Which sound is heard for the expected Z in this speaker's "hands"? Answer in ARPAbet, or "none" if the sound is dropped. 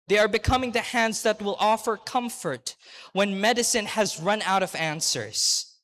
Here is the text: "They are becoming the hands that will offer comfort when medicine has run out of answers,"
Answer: Z